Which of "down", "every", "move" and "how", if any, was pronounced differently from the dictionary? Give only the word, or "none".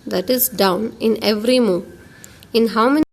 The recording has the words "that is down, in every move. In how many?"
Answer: move